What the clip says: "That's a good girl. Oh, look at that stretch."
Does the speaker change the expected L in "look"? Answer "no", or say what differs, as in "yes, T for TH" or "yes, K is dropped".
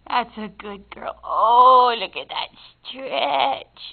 no